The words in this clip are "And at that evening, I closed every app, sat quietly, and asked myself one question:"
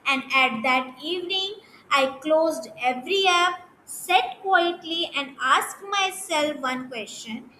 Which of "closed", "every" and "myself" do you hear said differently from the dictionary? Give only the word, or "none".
none